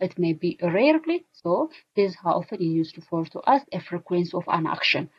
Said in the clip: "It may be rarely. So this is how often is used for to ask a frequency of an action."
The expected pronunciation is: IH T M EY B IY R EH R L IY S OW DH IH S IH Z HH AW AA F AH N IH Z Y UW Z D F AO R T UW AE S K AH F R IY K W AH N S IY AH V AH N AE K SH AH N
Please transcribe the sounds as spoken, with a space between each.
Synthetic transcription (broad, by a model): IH T M EY B IY R EH R L IY S OW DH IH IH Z HH AW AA F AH N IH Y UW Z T F AO R T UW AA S AH F R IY K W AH N S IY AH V AH N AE K SH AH N